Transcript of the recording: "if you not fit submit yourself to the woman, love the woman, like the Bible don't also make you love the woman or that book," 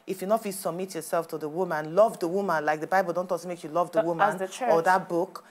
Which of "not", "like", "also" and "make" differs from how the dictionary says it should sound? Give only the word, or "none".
also